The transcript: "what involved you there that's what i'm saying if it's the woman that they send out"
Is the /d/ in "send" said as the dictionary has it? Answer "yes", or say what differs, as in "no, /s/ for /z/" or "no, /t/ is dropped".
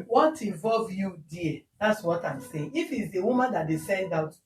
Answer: yes